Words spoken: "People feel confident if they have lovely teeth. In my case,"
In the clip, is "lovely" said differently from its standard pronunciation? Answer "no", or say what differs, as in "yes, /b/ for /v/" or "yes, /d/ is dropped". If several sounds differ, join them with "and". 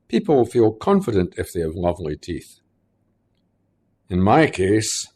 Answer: no